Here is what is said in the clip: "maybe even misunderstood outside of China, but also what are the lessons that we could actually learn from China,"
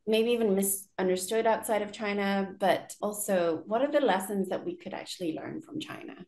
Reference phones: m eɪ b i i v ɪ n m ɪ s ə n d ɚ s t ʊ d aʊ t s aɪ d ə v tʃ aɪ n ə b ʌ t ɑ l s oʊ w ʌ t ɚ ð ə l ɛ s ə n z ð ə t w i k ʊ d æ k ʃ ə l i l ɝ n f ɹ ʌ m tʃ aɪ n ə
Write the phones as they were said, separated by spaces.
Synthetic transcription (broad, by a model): m eɪ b i i v ɪ n m ɪ s ə n d ɚ s t ʊ d aʊ t s aɪ d ə v tʃ aɪ n ə b ʌ t ɑ l s oʊ w ʌ t ɚ ð ə l ɛ s ə n z ð ə t w i k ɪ d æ k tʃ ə l i l ɝ n f ɹ ʌ m tʃ aɪ n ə